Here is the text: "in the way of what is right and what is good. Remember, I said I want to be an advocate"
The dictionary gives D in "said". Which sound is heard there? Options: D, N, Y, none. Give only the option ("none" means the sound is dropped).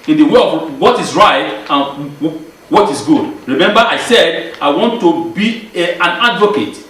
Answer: D